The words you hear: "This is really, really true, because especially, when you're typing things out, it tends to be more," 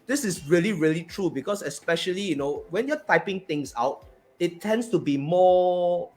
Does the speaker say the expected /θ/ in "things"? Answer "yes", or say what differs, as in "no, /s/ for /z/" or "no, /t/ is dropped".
no, /t/ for /θ/